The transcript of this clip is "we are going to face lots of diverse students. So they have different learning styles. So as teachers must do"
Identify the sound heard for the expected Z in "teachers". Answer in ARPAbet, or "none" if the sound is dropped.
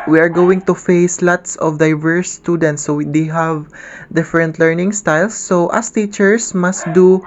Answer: S